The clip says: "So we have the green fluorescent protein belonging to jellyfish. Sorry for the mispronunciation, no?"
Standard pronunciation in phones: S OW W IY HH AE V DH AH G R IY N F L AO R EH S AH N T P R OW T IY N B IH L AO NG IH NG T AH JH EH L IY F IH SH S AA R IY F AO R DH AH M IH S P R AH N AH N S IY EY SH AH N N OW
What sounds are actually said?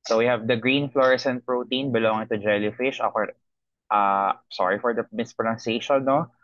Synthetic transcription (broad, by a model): S OW W IY HH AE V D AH G R IY N F L AO R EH S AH N P R OW T IY N B IH L AO NG IH NG T AH JH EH L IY F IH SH S AA R IY F AO R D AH M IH S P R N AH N S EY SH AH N N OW